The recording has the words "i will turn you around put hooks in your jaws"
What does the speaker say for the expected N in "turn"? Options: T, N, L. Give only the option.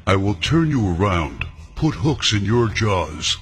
N